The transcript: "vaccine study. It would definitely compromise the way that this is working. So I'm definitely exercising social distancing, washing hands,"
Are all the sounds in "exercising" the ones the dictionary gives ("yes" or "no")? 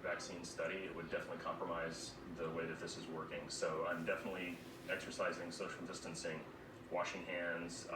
yes